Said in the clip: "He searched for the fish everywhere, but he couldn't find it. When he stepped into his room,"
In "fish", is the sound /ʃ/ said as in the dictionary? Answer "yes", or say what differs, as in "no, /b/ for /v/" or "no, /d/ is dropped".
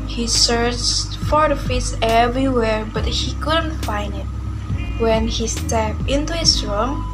no, /s/ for /ʃ/